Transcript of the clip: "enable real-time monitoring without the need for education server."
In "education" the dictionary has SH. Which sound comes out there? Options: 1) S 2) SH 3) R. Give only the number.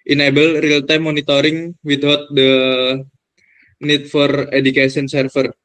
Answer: 1